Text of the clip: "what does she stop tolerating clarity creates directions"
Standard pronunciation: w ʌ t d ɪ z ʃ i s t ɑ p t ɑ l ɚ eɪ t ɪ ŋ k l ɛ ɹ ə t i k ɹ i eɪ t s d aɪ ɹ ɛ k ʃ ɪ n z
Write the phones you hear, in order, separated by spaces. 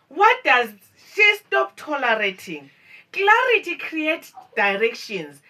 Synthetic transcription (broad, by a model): w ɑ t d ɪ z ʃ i s t ɑ p t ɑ l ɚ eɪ t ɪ ŋ k l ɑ ɹ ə t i k ɹ i eɪ t d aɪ ɹ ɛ k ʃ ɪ n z